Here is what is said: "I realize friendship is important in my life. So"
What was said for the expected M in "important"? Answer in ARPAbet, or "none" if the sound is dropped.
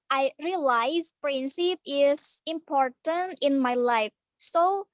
M